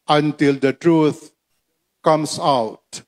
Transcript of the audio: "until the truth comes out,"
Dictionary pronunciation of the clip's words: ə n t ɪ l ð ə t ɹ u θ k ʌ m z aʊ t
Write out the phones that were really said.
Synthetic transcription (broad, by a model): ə n t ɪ l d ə t ɹ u t k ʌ m s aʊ t